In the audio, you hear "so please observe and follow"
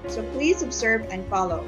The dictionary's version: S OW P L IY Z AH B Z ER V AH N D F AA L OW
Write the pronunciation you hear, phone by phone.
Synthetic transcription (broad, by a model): S OW P L IY Z AH B Z ER V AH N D F AA L OW